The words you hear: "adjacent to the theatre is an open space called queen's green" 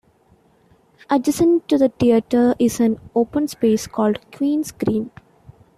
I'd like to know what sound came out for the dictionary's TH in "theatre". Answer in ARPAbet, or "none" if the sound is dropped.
T